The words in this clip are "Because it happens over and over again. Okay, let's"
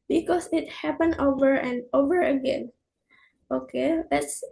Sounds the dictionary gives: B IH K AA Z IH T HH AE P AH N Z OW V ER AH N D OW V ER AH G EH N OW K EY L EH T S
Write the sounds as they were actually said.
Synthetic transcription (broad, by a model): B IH K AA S IH T HH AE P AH N OW V ER AH N D OW V ER AH G EH N OW K EY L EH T S